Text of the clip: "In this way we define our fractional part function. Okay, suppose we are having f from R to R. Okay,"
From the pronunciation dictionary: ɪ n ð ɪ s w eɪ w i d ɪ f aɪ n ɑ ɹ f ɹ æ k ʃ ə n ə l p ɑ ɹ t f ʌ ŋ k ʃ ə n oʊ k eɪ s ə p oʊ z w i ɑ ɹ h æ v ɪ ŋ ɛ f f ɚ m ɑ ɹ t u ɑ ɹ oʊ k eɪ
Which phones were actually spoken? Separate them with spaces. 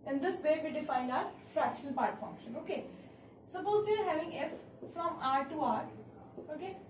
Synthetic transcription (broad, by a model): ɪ n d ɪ s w eɪ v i d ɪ f aɪ n ɑ ɹ f ɹ æ k ʃ ə n ə l p ɑ ɹ t f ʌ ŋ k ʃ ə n oʊ k eɪ s ə p oʊ z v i ɑ ɹ h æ v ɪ ŋ ɛ f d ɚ m ɑ ɹ t u ɑ ɹ oʊ k eɪ